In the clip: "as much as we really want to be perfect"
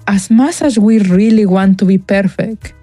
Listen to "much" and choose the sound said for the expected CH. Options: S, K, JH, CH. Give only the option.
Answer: S